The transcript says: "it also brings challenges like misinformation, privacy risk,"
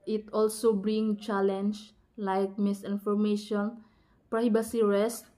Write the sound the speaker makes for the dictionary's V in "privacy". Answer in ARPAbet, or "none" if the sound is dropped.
B